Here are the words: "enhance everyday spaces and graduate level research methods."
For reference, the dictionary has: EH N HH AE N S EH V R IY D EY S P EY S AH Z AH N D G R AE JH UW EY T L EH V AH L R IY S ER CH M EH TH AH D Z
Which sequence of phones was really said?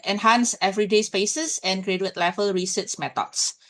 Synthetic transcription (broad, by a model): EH N HH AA N S EH V R IY D EY S P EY S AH S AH N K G R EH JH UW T L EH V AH L R IY S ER S M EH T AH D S